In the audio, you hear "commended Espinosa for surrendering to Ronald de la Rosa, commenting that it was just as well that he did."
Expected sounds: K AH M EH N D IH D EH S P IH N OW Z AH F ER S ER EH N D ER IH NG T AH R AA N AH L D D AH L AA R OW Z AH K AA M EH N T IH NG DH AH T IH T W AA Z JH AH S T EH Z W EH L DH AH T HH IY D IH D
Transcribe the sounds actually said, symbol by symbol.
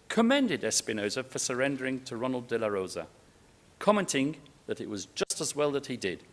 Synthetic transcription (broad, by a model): K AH M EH N D IH D EH S P IH N OW Z AH F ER S ER EH N D ER IH NG T AH R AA N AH L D D AH L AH R OW Z AH K AA M EH N T IH NG DH AH T IH T W AA Z JH AH S T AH Z W EH L DH AH T HH IY D IH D